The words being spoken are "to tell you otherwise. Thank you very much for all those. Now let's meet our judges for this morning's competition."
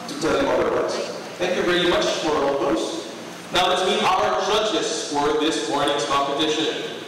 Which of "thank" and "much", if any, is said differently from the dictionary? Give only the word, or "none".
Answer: none